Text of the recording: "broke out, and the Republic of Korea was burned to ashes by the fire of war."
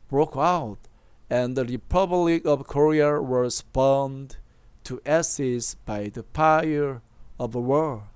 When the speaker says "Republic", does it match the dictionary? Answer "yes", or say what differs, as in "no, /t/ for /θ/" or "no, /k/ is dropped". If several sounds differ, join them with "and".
yes